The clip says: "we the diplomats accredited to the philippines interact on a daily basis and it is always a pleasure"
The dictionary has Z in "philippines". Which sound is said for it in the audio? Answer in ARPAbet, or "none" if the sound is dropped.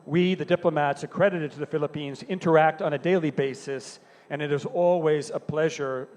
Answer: Z